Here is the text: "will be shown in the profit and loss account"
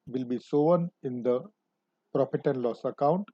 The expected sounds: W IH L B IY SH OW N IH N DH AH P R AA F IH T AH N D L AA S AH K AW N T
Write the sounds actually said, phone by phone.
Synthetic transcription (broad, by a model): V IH L B IY S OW N IH N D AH P R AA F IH T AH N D L AA S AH K AW N T